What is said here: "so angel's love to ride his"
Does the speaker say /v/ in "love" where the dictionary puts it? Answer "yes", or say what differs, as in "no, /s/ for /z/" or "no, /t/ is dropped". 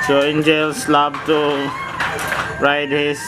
no, /b/ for /v/